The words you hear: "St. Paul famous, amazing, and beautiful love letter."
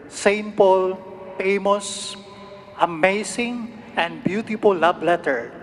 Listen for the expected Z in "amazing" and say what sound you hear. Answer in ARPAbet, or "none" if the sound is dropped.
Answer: S